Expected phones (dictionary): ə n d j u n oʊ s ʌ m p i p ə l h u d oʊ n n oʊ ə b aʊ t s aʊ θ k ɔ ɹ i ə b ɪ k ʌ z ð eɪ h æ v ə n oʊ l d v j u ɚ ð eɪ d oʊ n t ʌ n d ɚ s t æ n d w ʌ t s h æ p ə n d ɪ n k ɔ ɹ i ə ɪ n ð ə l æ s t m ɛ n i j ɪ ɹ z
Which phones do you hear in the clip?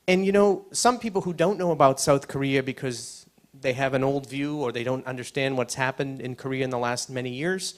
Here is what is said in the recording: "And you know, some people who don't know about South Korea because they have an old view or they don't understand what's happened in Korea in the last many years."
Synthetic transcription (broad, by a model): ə n j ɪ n oʊ s ʌ m p i p l h u d oʊ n n oʊ ə b aʊ t s aʊ θ k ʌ ɹ i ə b ɪ k ʌ z ð eɪ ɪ v ə n oʊ l d v j u ɚ ð eɪ d oʊ n t ʌ n d ɚ s t æ n d w ʌ t s h æ p ə n d ɪ n k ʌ ɹ i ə ɪ n ð ə l æ s t m ɛ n i j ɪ ɹ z